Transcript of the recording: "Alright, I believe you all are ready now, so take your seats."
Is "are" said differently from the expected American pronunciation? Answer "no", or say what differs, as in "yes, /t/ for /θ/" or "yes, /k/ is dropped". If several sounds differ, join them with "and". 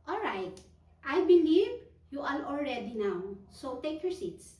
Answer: yes, /l/ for /ɹ/